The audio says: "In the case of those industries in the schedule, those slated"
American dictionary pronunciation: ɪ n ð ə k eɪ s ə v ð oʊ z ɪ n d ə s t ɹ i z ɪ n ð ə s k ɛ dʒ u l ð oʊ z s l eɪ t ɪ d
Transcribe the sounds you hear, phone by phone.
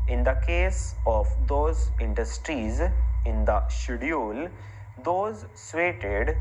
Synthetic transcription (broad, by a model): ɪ n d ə k eɪ s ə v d oʊ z ɪ n d ə s t ɹ i z ɪ n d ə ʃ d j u l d oʊ z s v eɪ t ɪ d